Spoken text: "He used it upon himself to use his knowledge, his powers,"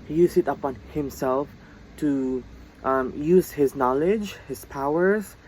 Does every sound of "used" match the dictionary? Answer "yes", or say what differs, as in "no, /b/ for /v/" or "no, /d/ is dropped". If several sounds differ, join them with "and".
no, /d/ is dropped